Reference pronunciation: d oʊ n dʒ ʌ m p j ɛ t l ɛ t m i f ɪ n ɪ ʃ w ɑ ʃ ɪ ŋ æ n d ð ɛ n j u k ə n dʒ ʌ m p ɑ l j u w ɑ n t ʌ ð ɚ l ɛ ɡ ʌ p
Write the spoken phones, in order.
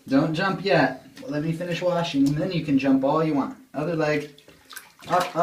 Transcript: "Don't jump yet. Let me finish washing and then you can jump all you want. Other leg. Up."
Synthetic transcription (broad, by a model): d oʊ n dʒ ʌ m p j ɛ t l ɛ t m i f ɪ n ɪ ʃ w ɑ ʃ ɪ ŋ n ð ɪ n j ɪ k ə n dʒ ʌ m p ɑ l j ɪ w ɑ n t ʌ ð ɚ l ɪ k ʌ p